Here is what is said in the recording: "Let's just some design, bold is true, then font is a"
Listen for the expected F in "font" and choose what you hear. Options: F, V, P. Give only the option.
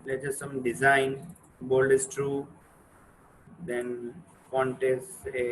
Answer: P